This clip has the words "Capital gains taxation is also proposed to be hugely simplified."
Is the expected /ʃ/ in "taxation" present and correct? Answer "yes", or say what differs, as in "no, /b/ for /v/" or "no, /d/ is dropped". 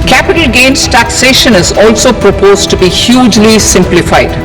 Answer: yes